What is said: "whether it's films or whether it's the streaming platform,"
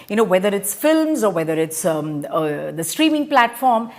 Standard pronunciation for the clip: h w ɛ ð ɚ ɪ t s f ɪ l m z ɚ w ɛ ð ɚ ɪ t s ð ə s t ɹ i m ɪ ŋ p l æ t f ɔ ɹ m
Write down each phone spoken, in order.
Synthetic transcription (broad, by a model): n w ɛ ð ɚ ɪ t s f ɪ l m z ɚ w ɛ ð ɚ ɪ t s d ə s t ɹ i m ɪ ŋ p l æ t f ɔ ɹ m